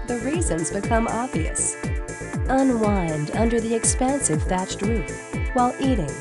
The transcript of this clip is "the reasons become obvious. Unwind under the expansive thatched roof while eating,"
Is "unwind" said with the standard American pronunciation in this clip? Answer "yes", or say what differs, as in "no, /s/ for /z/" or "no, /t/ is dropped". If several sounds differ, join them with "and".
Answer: yes